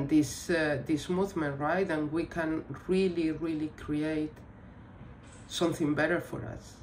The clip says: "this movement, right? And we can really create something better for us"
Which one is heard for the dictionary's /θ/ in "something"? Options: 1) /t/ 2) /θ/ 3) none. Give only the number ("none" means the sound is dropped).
2